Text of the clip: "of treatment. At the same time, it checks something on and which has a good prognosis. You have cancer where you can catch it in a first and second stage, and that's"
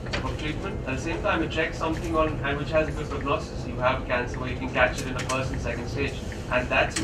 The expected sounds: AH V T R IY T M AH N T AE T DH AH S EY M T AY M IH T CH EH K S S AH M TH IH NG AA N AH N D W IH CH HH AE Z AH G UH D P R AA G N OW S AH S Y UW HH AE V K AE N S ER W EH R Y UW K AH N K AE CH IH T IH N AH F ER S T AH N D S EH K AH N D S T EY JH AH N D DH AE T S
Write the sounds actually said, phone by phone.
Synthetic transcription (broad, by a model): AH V T R IY T M AH N T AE T DH AH S EY M T AY M IH T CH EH K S S AH M TH IH NG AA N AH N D W IH CH HH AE Z AH G UH D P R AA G N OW S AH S Y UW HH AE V K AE N S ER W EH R Y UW K AH N K AE CH IH T IH N AH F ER S AH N S EH K AH N D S T EY JH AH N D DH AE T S